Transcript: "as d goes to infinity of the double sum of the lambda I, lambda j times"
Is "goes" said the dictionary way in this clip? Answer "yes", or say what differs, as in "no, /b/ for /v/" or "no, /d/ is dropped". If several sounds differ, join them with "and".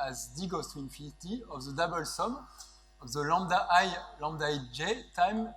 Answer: no, /s/ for /z/